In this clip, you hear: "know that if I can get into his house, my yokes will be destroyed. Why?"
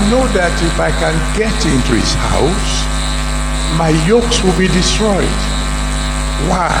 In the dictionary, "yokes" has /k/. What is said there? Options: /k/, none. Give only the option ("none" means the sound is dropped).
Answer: /k/